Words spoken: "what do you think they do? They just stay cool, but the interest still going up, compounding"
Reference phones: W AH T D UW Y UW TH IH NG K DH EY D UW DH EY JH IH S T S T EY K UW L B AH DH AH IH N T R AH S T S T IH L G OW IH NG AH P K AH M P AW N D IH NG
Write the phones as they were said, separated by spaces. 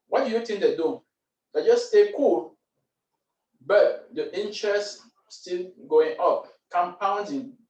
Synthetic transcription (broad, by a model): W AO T D UW Y UW T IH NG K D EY D UW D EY JH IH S S T EY K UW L B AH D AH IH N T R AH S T S T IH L G OW IH NG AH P K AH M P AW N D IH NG